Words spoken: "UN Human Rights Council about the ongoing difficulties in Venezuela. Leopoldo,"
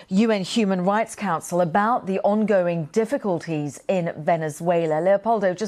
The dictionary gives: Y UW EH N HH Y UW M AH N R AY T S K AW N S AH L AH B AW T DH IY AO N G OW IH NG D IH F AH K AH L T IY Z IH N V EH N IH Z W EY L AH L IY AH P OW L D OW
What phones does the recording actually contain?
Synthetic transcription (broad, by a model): Y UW EH N HH Y UW M AH N R AY T S K AW N S AH L AH B AW T DH IY AO N G OW IH NG D IH F AH K AH L T IY Z IH N V EH N IH Z W EY L AH L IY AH P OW L D OW